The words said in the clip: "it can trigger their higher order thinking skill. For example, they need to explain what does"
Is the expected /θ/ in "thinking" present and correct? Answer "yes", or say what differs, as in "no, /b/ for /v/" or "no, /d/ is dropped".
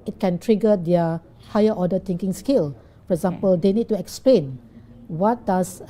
no, /t/ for /θ/